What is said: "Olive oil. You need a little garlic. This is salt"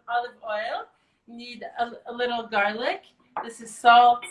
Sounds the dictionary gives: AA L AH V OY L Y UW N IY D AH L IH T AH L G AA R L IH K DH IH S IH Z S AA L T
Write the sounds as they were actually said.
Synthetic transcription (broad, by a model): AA L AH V OY L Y N IY D AH L IH T L G AA R L IH K DH IH S IH Z S AA L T